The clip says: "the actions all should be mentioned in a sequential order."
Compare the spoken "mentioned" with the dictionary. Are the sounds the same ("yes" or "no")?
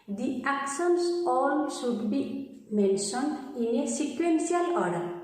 no